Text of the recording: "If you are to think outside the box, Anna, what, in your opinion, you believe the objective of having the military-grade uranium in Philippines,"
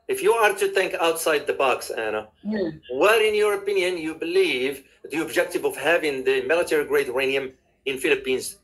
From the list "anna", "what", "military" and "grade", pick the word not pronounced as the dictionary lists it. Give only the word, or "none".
none